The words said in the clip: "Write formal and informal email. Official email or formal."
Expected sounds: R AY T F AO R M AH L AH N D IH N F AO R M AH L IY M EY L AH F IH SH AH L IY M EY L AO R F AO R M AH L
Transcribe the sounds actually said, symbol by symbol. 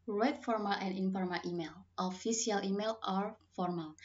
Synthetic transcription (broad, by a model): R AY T F AO R M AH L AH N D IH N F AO R M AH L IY M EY L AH F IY S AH L IY M EY L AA R F AO R M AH L